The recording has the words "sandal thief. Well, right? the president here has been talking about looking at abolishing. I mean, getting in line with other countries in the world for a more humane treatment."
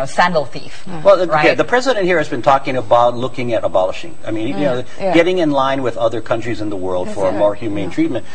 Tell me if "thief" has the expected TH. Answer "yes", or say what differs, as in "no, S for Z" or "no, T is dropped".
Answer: yes